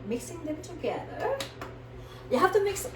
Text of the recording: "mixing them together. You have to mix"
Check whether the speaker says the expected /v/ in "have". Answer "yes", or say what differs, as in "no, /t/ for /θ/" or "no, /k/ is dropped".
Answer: no, /f/ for /v/